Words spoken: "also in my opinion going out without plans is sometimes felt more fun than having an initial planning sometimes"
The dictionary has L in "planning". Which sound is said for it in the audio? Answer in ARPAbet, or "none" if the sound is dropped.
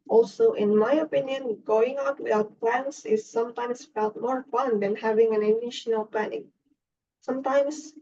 none